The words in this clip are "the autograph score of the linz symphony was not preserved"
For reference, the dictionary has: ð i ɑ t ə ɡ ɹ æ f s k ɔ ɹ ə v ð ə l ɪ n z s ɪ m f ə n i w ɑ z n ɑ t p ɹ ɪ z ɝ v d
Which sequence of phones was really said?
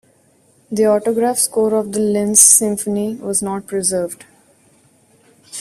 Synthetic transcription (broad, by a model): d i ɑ t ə ɡ ɹ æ f s k ɔ ɹ ə v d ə l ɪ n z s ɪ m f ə n i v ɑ z n ɑ t p ɹ ɪ z ɝ v d